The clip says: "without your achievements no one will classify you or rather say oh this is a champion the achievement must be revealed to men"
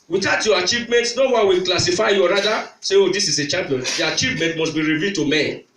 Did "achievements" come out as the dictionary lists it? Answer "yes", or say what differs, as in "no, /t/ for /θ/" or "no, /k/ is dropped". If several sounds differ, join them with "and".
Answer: no, /s/ is dropped